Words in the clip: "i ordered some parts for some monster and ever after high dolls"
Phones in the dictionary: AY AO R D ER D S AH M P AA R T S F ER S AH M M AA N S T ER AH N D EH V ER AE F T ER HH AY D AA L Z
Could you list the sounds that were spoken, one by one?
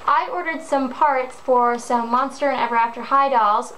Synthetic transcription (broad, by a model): AY AO R D ER D S AH M P AA R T S F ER S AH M M AA N S T ER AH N EH V ER AE F T ER HH AY D AA L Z